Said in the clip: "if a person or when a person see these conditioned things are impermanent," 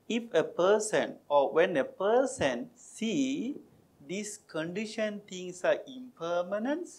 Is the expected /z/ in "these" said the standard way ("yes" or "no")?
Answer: no